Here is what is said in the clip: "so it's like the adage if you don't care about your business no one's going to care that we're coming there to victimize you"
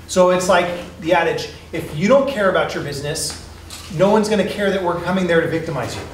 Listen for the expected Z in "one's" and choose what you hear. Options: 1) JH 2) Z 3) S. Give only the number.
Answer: 2